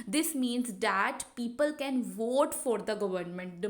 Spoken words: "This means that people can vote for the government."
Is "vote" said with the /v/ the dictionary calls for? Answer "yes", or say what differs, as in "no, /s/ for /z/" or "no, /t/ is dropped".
yes